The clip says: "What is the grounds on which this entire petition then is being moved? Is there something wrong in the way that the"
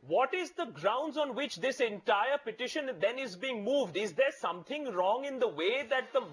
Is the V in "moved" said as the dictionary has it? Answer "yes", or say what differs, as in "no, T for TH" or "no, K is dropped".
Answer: yes